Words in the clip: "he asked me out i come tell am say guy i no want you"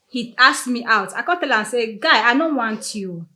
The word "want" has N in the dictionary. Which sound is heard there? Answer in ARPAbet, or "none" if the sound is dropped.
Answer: N